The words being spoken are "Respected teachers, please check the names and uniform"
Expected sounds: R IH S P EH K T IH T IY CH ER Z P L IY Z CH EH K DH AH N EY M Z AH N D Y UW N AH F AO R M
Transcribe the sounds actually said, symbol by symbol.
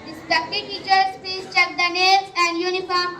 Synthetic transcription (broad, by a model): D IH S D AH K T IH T IY CH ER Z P IY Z CH EH K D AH N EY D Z AH N D Y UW N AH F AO R M